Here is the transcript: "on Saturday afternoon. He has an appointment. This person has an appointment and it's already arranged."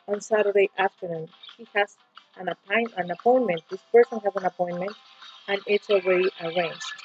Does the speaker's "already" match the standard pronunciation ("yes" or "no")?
no